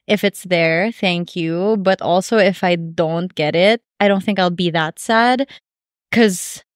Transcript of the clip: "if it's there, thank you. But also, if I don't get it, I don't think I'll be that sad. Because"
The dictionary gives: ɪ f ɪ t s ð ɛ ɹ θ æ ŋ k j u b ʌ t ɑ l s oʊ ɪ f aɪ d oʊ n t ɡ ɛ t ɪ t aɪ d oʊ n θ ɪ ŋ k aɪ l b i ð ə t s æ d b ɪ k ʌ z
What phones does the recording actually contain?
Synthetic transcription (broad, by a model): ɪ f ɪ t s ð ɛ ɹ θ æ ŋ k j u b ʌ t ɑ l s oʊ ɪ f aɪ d oʊ n t ɡ ɛ t ɪ t aɪ d oʊ n θ ɪ ŋ k aɪ l b i ð ə t s æ d k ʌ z